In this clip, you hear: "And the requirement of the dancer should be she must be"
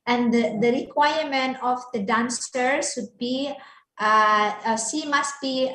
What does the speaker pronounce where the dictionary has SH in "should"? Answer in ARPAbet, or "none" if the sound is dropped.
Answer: S